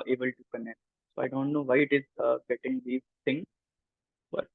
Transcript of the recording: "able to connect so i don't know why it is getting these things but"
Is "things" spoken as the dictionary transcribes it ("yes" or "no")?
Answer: no